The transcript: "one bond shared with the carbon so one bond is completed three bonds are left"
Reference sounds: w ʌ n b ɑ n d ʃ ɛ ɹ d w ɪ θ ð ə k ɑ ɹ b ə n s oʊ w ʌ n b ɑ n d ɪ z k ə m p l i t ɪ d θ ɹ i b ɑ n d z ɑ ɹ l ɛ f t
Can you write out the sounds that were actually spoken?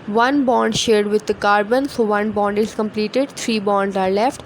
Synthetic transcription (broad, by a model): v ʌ n b ɑ n d ʃ ɛ ɹ d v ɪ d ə k ɑ ɹ b ə n s oʊ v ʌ n b ɑ n d ɪ z k ə m p l i t ɪ d t ɹ i b ɑ n d z ɑ ɹ l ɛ f t